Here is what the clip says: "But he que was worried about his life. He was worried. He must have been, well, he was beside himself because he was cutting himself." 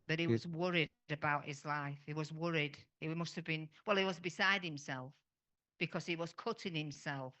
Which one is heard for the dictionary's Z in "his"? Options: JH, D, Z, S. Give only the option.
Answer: Z